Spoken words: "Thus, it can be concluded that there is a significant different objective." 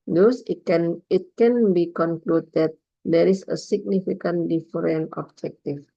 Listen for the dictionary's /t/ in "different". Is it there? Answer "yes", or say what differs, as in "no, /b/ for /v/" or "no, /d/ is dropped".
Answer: no, /t/ is dropped